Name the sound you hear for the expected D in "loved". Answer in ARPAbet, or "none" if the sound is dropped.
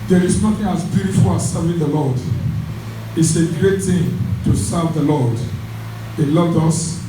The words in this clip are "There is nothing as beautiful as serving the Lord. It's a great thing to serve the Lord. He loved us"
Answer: D